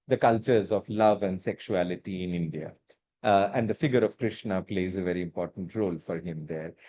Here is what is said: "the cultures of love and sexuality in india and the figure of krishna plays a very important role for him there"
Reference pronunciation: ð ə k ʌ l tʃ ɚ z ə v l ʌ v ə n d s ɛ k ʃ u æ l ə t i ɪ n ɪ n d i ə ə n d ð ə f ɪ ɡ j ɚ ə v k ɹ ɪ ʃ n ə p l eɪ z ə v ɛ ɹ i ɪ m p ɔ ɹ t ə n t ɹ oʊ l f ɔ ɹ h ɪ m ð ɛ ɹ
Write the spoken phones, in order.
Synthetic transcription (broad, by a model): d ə k ʌ l tʃ ɚ z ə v l ʌ v ə n d s ɛ k ʃ u æ l ə t i ɪ n ɪ n d i ə ə n d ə f ɪ ɡ j ɚ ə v k ɹ ɪ ʃ n ə p l eɪ z ə v ɛ ɹ i ɪ m p ɔ ɹ t ə n t ɹ oʊ l f ɔ ɹ h ɪ m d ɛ ɹ